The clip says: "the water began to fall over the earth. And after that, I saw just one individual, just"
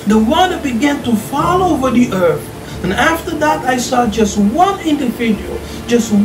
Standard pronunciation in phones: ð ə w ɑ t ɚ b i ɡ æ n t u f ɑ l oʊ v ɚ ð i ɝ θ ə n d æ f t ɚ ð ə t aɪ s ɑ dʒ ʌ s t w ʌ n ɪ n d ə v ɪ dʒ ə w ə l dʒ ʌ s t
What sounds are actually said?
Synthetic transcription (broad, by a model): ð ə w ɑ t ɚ b i ɡ æ n t u f ɑ l oʊ v ɚ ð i ɝ θ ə n æ f t ɚ ð ə t aɪ s ɑ dʒ ʌ s t w ʌ n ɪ n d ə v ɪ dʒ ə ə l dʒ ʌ s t